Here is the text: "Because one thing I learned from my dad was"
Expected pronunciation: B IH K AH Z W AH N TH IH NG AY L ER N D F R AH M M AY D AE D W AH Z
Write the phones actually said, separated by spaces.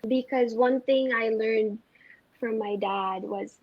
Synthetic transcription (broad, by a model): B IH K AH Z W AH N TH IH NG AY L ER N D F R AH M M AY D AE D W AH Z